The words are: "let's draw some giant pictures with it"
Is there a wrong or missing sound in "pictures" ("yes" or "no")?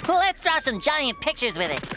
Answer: no